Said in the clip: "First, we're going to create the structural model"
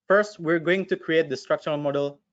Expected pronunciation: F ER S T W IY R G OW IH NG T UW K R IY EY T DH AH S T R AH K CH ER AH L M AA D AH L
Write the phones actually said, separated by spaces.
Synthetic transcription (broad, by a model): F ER S T W IY R G OW IH NG T UW K R IY EY T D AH S T R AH K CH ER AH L M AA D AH L